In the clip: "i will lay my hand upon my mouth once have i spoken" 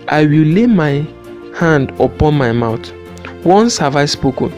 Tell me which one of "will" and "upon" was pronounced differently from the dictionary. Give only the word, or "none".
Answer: none